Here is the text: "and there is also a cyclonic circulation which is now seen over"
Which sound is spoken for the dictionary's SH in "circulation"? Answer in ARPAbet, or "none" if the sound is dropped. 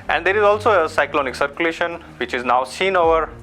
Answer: SH